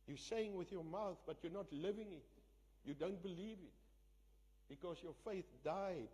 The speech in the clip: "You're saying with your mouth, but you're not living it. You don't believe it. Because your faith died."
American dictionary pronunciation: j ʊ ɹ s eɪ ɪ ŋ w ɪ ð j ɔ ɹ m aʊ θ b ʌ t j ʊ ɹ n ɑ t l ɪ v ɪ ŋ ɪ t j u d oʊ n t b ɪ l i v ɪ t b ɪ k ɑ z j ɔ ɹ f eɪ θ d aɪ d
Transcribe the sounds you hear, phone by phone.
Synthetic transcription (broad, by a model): j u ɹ s eɪ ɪ ŋ w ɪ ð j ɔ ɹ m aʊ θ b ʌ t j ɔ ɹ n ɑ t l ɪ v ɪ ŋ ɪ t j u d oʊ n t b ɪ l i v ɪ t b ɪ k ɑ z j ɔ ɹ f eɪ θ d aɪ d